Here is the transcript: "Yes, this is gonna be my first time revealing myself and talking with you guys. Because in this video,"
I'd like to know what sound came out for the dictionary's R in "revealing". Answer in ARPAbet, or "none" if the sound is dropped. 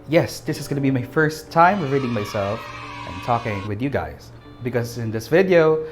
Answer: W